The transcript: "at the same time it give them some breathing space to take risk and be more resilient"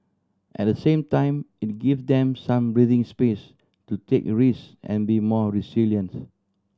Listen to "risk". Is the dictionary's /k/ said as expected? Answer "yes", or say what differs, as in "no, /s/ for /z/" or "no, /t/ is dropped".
no, /k/ is dropped